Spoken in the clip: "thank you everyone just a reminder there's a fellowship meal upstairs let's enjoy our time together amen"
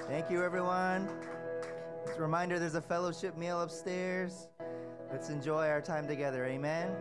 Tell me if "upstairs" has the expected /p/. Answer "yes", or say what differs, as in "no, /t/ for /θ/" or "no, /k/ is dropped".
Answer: yes